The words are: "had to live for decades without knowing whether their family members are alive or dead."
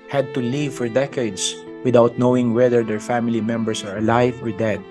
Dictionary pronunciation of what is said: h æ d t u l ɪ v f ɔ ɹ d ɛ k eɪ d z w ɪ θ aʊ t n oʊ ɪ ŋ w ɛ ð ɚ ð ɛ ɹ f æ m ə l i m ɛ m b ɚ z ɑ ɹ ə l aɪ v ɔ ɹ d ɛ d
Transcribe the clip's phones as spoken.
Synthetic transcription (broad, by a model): h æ d t u l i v f ɔ ɹ d ɛ k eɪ d s w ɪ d aʊ t n oʊ ɪ ŋ w ɛ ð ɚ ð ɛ ɹ f æ m ə l i m ɛ m b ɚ s ɑ ɹ ə l aɪ v ɔ ɹ d ɛ d